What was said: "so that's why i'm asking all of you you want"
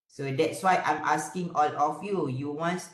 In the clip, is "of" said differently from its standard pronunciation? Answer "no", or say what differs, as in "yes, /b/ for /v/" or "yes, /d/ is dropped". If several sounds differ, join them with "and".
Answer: yes, /f/ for /v/